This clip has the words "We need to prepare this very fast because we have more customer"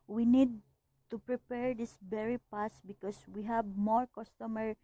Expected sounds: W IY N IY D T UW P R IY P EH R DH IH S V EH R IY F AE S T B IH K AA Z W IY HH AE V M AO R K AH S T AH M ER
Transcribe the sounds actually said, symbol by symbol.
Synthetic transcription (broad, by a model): W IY N IY D T UW P R IY P EH R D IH S B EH R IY P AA S B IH K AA S W IY HH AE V M AO R K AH S T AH M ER